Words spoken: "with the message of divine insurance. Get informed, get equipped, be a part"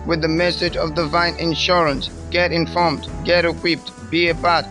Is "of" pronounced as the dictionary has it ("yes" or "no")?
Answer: yes